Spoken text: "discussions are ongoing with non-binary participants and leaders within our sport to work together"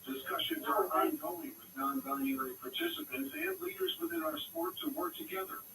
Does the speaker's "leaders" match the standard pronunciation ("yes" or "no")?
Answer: yes